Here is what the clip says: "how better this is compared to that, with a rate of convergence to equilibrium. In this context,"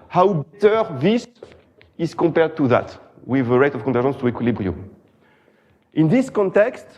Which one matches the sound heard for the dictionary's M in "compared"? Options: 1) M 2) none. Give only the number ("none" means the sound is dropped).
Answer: 1